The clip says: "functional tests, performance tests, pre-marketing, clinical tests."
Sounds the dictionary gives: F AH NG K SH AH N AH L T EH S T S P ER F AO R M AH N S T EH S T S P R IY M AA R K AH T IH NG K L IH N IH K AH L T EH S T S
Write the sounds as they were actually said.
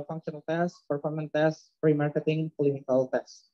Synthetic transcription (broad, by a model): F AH NG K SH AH N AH L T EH S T P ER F AO R M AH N T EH S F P R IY M AA R K AH T IH NG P L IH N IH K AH L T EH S S